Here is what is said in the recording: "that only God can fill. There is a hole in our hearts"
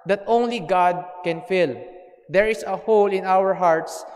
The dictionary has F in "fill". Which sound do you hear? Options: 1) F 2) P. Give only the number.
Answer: 1